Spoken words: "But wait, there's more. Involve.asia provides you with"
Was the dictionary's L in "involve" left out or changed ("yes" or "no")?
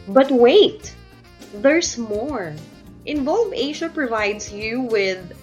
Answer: no